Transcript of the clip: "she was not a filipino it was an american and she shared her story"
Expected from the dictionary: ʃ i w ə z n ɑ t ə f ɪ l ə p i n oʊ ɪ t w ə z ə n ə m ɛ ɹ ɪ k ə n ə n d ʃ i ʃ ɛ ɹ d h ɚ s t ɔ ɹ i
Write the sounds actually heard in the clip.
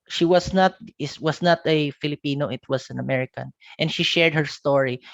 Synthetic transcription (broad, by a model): ʃ i w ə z n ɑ t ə f ɪ l ə p i n oʊ ɪ t w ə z ə n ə m ɛ ɹ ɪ k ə n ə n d ʃ i ʃ ɛ ɹ d h ɚ s t ɔ ɹ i